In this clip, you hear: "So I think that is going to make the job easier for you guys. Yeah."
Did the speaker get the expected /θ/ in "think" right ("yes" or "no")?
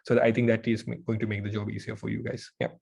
no